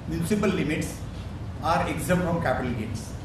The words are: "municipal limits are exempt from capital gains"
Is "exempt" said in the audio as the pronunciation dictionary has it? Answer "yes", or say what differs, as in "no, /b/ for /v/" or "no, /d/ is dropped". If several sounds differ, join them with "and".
no, /p/ is dropped